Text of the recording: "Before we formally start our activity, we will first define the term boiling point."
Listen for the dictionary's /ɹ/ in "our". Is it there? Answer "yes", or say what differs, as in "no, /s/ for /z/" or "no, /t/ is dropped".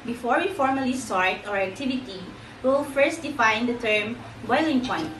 yes